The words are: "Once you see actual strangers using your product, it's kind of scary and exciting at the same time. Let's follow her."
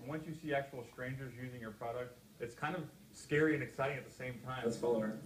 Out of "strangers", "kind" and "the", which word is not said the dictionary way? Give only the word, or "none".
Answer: none